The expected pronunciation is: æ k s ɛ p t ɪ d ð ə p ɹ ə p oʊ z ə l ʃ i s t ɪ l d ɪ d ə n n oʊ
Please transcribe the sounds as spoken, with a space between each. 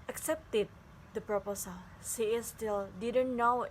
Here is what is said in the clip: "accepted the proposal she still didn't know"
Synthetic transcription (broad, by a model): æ k s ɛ p t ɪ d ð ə p ɹ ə p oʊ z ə l s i s t ɪ l d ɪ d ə n n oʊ